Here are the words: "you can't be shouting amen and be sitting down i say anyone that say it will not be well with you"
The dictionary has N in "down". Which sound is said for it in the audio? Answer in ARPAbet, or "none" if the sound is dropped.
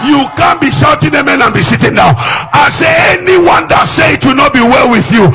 none